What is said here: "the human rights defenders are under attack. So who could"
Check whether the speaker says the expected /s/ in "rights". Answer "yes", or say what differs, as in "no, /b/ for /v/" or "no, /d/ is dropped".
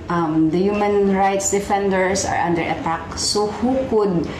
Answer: yes